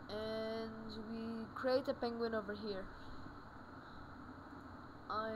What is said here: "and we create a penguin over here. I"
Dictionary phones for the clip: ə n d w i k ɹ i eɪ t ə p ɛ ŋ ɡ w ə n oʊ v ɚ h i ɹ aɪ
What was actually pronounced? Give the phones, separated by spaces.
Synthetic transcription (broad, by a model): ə n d w i k ɹ i eɪ t ə p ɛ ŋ ɡ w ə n oʊ v ɚ h i ɹ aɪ